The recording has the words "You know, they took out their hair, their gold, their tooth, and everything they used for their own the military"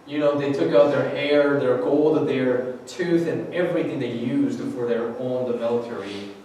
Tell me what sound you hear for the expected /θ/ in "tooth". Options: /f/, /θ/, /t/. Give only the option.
/θ/